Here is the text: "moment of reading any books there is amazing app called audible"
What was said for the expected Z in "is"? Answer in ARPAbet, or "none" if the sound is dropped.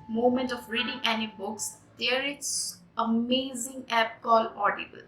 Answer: S